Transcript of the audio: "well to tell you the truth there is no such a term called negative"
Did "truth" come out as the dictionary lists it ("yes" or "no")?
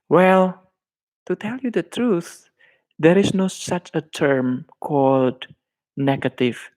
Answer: yes